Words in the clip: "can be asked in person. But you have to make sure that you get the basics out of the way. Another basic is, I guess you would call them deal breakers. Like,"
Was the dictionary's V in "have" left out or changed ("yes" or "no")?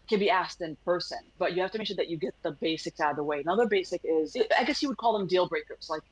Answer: yes